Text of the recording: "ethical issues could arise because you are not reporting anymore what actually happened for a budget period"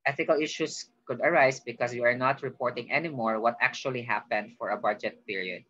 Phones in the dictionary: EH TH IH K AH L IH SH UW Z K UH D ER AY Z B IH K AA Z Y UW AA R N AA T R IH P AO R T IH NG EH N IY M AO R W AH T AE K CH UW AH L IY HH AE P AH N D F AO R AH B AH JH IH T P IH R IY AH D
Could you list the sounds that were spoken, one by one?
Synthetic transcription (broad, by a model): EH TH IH K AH L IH SH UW S K UH D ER AY S B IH K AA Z Y UW AA R N AA T R IH P AO R T IH NG EH N IY M AO R W AH T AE K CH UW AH L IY HH AE P AH N D F AO R AH B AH JH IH T P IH R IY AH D